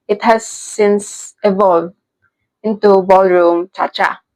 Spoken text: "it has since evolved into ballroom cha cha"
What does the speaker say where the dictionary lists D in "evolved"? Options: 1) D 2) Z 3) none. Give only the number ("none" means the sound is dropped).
3